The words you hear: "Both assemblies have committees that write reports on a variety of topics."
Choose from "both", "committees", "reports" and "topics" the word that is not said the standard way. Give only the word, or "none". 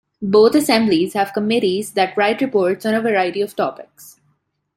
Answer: both